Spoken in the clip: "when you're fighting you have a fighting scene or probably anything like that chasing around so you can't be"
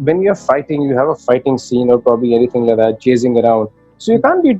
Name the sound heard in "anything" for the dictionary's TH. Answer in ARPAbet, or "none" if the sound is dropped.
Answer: T